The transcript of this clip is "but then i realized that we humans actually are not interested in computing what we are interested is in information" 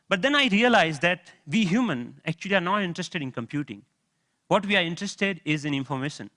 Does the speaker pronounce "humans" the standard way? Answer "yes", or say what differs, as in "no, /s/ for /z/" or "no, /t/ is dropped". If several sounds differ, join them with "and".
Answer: no, /z/ is dropped